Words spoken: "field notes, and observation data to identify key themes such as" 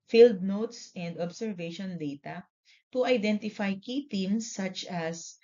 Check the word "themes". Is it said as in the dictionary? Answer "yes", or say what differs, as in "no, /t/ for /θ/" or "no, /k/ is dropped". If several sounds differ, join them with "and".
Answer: no, /t/ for /θ/